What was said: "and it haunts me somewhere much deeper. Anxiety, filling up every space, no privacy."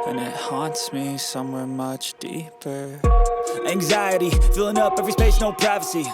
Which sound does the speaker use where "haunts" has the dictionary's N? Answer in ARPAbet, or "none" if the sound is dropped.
N